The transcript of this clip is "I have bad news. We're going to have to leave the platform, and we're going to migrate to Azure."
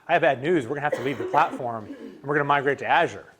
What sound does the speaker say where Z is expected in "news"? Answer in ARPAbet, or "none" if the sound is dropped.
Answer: Z